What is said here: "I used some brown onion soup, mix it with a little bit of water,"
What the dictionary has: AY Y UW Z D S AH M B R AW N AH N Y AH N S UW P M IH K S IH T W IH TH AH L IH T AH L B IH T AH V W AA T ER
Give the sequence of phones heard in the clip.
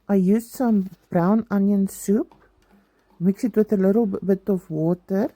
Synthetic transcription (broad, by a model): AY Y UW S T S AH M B R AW N AH N Y AH N S UW P M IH K S IH T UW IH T AH L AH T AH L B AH T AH F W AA T ER